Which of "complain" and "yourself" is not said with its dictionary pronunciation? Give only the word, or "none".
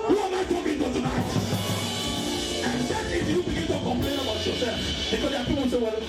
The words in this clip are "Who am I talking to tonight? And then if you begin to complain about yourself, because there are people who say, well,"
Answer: yourself